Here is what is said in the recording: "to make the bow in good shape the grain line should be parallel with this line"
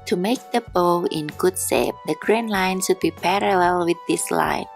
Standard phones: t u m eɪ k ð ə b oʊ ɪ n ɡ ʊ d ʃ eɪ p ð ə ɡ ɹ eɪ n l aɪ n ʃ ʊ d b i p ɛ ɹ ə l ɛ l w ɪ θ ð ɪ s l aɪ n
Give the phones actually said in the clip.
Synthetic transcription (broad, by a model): t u m eɪ k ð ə b oʊ ɪ n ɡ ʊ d s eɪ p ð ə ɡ ɹ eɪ n l aɪ n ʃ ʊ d b i p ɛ ɹ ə l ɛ l w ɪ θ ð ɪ s l aɪ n